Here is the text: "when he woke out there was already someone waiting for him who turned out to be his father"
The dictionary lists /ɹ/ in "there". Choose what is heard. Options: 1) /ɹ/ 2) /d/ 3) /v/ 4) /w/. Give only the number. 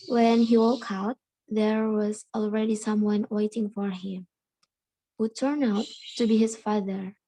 1